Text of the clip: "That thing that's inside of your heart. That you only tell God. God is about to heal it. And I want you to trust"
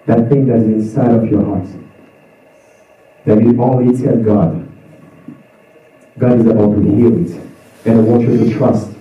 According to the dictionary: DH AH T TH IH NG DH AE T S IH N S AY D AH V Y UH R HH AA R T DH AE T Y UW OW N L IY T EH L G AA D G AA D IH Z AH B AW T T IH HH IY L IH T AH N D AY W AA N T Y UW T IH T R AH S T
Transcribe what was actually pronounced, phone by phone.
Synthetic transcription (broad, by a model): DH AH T TH IH NG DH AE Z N IH N S AY D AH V Y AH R HH AA R T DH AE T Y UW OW L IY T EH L G AA D G AA D IH Z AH B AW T T IH HH IY L IH T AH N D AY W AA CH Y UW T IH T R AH S T